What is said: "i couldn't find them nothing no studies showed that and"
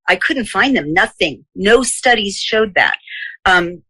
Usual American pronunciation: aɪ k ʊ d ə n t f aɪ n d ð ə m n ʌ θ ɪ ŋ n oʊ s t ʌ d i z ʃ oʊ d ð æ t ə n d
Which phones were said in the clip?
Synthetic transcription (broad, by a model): aɪ k ʊ d n t f aɪ n ð ə m n ʌ θ ɪ ŋ n oʊ s t ʌ d i z ʃ oʊ d ð æ t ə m